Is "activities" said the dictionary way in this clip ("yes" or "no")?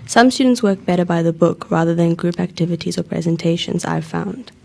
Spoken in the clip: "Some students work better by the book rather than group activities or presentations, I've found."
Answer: yes